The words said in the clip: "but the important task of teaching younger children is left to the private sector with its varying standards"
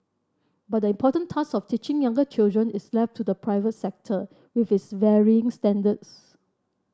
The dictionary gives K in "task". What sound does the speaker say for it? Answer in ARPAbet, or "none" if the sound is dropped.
none